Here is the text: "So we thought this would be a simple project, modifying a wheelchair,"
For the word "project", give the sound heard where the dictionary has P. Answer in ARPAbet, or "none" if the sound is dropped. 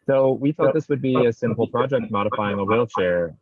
P